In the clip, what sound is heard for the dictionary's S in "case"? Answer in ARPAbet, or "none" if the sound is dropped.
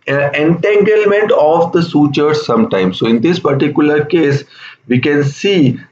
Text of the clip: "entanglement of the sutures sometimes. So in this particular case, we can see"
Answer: S